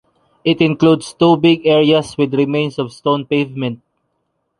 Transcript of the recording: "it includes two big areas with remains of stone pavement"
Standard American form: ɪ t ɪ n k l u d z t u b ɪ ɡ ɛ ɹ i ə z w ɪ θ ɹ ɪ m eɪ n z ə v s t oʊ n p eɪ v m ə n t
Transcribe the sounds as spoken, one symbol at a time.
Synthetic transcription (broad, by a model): ɪ t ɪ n k l u d s t u b ɪ ɡ ɛ ɹ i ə s w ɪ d ɹ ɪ m eɪ n s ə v s t oʊ n p eɪ v m ə n t